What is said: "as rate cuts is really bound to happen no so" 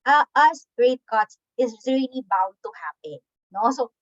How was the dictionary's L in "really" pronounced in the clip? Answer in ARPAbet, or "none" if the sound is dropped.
L